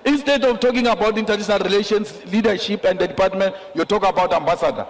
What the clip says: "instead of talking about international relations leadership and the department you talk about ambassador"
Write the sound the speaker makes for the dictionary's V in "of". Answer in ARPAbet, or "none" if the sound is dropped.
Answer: F